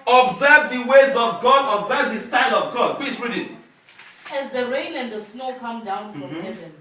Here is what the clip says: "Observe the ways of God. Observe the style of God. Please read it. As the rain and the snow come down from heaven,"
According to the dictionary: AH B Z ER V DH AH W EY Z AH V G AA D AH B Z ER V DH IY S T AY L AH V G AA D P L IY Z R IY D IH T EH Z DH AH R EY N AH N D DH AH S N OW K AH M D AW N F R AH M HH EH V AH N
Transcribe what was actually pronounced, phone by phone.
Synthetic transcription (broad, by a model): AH B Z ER V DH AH W EY Z AH V G AA D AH B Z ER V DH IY S T AY L AH V G AA D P L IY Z R IY D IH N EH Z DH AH R EY N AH N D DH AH S N OW K AH M D AW N F R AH M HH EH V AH N